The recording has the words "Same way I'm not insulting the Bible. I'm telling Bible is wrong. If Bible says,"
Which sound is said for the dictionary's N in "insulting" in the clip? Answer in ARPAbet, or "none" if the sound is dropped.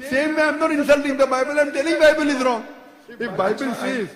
N